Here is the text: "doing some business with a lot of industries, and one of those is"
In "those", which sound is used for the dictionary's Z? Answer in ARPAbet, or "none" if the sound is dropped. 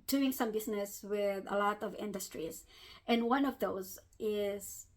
Z